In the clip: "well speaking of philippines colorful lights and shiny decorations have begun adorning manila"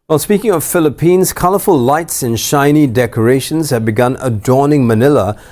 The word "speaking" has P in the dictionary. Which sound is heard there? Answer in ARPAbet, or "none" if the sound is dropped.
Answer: P